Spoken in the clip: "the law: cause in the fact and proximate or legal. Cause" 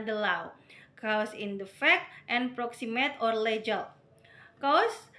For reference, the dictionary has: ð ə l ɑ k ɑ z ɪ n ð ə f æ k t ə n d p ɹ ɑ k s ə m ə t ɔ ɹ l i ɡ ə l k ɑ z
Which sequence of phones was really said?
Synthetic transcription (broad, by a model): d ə l ɑ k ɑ s ɪ n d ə f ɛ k t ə n p ɹ ɑ k s ə m ə t ɔ ɹ l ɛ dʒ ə l k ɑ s